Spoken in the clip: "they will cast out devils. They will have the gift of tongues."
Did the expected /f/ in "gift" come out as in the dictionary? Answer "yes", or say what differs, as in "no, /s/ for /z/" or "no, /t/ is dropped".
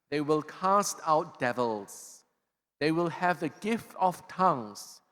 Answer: yes